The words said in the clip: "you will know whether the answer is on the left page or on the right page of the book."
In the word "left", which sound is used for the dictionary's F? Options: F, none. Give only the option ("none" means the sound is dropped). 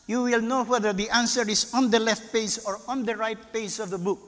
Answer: F